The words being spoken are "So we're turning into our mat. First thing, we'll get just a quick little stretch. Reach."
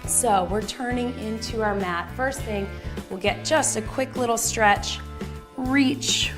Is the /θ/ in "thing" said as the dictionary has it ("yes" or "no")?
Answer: yes